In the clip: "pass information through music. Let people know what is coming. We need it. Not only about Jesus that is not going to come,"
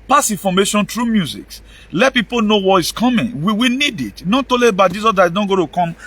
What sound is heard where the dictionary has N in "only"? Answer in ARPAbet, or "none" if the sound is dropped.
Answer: none